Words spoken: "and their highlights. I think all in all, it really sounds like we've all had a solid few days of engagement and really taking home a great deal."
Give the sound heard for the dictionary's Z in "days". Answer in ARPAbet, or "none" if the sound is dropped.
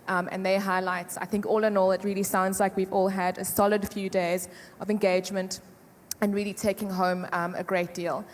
Z